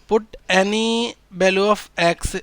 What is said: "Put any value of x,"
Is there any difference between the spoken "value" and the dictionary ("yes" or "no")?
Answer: yes